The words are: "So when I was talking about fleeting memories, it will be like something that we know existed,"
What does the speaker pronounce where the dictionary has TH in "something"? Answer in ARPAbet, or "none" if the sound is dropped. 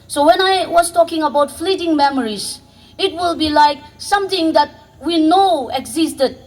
T